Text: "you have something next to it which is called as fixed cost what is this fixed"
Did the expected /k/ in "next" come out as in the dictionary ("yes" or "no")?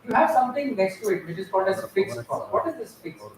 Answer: yes